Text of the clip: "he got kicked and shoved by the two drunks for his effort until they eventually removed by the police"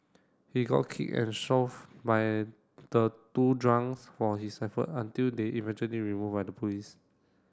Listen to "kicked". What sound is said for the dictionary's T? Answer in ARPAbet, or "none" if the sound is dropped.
none